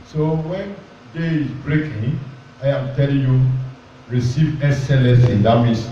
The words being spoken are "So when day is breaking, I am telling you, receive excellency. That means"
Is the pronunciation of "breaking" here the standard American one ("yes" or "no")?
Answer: yes